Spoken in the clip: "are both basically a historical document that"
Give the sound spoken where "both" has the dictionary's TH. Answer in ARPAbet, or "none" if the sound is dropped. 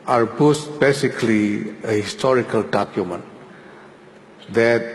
S